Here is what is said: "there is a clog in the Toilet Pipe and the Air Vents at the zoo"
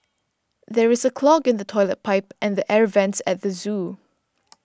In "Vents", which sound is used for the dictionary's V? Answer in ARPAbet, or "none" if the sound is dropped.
V